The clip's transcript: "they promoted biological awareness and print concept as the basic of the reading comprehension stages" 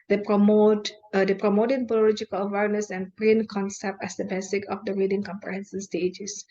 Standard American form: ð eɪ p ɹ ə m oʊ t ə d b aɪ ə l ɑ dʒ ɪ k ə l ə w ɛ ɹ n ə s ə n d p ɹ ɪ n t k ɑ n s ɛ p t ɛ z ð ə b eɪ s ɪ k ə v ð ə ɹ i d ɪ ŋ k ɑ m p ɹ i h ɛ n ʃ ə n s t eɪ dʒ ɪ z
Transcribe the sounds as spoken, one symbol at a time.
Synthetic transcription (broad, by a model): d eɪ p ɹ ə m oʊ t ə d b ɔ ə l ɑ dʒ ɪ k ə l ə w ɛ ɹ n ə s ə n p ɹ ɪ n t k ɑ n s ɛ p t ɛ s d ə b eɪ s ɪ k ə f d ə ɹ i d ɪ ŋ k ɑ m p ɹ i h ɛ n s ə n s t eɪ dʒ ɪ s